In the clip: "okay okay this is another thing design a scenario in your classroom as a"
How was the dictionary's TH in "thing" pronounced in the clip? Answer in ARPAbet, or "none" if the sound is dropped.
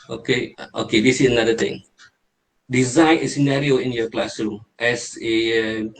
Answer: T